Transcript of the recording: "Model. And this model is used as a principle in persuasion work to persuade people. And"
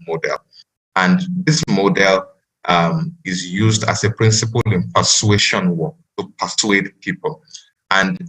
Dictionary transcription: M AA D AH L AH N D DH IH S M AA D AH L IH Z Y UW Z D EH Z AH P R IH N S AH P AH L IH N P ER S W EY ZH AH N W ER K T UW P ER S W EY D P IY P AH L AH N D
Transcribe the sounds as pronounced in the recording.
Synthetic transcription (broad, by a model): M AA D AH L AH N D DH IH S M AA D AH L IH Z Y UW Z D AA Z AH P R IH N S AH P AH L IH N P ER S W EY SH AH N W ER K T UW P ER S W EY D P IY P AH L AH N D